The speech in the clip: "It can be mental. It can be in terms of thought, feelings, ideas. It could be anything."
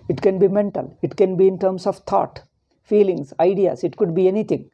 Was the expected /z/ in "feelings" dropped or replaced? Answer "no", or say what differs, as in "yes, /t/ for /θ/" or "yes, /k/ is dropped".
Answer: yes, /s/ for /z/